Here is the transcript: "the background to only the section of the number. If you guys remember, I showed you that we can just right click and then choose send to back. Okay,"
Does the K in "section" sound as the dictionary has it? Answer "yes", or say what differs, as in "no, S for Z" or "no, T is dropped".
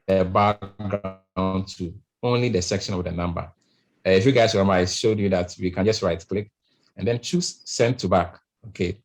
yes